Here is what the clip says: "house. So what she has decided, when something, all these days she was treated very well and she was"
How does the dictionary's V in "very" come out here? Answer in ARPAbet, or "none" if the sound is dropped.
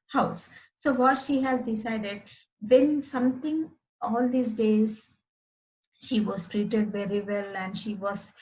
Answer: V